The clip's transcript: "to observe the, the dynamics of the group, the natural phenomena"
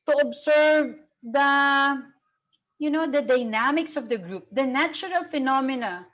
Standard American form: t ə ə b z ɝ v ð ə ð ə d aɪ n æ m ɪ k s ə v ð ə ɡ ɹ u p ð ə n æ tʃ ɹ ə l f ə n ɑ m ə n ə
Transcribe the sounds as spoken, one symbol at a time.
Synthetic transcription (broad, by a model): t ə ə b s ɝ v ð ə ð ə d aɪ n æ m ɪ k s ə v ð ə ɡ ɹ u p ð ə n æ tʃ ɹ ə l f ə n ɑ m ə n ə